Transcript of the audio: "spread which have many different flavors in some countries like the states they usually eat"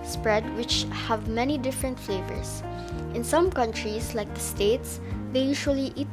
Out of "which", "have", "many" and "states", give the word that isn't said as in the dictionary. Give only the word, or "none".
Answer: none